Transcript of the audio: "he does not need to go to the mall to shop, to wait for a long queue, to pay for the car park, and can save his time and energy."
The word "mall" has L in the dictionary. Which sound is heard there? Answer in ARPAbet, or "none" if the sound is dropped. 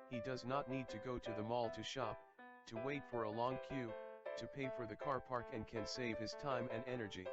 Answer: L